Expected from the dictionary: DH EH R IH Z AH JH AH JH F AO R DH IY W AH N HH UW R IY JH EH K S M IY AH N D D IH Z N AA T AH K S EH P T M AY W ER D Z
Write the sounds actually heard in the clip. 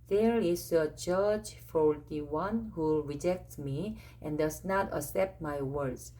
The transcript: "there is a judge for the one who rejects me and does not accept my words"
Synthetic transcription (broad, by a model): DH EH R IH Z AH JH AH JH F AO R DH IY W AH N HH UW R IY JH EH K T M IY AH N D D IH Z N AA T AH S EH P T M AY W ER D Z